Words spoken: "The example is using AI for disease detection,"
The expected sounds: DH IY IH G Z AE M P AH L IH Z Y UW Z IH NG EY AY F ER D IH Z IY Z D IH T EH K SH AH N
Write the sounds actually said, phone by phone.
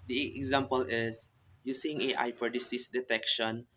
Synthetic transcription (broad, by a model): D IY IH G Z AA M P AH L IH S Y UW S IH NG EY AY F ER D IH S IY S D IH T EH K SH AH N